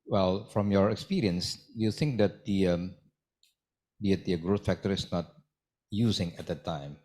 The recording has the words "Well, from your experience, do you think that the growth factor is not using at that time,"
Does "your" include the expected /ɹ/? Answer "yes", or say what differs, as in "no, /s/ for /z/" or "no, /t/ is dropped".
yes